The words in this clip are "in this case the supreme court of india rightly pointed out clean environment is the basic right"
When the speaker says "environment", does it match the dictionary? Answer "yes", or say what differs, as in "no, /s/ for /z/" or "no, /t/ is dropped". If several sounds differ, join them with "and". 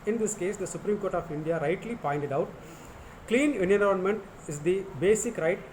no, /v/ is dropped